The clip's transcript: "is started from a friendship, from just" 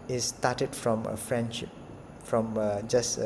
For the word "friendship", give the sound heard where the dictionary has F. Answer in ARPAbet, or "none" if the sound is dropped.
F